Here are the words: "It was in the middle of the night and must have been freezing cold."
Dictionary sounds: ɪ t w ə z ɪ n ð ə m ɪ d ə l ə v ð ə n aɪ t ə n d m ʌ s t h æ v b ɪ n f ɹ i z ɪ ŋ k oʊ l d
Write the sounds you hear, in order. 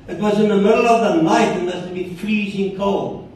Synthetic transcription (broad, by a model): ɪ t w ə z ɪ n ð ə m ɪ d l ə v ð ə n aɪ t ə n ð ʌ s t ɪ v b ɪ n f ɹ i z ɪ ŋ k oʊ l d